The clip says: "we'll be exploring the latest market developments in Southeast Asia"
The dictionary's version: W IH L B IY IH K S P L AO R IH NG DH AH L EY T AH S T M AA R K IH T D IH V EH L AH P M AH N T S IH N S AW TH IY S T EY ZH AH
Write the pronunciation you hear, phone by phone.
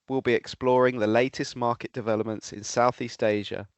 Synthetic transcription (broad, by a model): W IH L B IY IH K S P L AO R IH NG DH AH L EY T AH S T M AA K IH T D IH V EH L AH P M AH N T S IH N S AW TH IY S T EY ZH AH